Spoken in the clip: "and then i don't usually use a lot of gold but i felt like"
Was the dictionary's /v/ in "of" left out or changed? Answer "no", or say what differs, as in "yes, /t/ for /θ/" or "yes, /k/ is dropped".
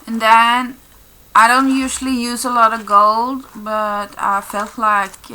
no